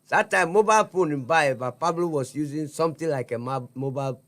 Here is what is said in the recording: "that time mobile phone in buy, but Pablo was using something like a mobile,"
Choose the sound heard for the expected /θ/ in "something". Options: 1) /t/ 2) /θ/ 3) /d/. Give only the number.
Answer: 1